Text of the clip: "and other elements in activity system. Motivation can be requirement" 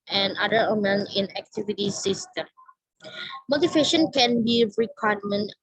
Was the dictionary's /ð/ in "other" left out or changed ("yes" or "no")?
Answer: yes